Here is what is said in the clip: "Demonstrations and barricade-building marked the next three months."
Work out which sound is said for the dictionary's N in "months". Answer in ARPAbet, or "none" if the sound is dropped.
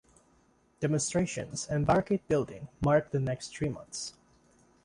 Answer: N